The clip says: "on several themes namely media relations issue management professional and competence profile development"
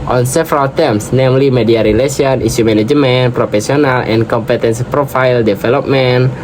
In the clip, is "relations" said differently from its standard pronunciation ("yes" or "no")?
yes